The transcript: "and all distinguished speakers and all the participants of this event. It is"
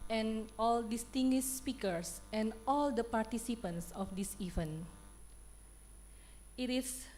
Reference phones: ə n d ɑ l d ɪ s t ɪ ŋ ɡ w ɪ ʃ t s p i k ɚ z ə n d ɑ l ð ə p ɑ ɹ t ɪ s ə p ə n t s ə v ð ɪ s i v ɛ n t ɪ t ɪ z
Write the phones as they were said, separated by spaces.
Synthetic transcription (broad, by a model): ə n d ɑ l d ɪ s t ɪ ŋ ɡ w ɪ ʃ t s p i k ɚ s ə n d ɑ l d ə p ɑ ɹ t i s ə p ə n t s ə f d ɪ s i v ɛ n ɪ t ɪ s